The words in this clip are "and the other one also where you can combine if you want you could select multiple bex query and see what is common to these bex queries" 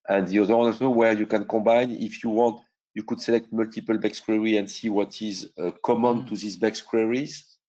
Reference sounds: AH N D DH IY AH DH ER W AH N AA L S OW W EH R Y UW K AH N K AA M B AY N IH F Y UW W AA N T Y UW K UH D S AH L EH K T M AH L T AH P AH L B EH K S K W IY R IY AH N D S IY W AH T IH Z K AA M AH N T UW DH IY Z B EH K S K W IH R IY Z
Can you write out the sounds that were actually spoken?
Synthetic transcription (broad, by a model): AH N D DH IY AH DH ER W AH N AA S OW W EH R Y UW K AH N K AA B AY N IH F Y UW W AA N T Y UW K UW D S AH L EH K T M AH L T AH P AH L B EH K S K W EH R IY AH N D S IY W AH T IH Z K AA M AH N T UW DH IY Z B EH K S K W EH R IY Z